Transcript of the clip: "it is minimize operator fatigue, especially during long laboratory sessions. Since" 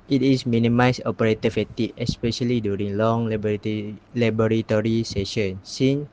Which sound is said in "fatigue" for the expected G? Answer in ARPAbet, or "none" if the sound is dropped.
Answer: none